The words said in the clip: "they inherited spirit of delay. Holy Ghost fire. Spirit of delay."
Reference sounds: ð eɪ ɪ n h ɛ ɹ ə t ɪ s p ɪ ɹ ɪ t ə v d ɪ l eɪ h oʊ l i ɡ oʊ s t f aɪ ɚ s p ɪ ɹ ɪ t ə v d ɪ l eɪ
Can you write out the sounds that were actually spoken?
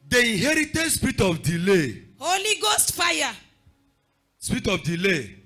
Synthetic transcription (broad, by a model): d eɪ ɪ h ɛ ɹ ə t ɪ s p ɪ ɹ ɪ t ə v d ɪ l eɪ h oʊ l i ɡ oʊ s t f aɪ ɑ s p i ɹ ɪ t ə f d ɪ l eɪ